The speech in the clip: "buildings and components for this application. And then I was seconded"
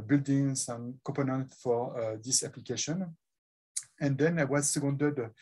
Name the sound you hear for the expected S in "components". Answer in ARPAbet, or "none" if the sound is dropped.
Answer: none